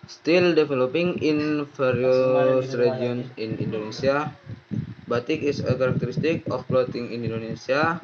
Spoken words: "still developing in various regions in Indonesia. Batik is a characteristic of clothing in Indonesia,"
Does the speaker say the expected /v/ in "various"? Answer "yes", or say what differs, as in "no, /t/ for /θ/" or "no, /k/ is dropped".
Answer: no, /f/ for /v/